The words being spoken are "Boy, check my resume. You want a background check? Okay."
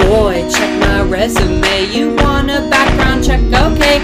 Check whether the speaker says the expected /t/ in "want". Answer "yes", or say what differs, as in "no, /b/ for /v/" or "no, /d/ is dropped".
no, /t/ is dropped